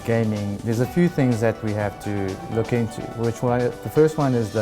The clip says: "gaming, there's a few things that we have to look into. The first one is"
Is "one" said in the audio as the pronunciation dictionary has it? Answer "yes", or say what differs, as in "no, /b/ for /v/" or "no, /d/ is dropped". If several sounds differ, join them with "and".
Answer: yes